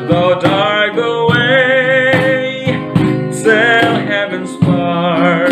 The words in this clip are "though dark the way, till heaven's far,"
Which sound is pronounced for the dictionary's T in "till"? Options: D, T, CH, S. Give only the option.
S